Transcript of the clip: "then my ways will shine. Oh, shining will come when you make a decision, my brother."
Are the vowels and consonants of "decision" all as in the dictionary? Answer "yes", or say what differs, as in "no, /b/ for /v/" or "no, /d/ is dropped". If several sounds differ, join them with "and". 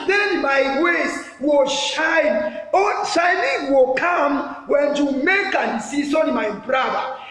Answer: no, /s/ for /ʒ/